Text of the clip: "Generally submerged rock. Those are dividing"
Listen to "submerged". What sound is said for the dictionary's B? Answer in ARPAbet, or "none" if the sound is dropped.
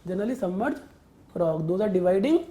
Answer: none